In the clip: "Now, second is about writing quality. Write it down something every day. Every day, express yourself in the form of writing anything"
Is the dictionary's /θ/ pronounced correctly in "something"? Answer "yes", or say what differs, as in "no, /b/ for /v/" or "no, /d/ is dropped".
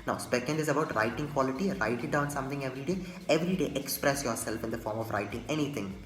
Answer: no, /t/ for /θ/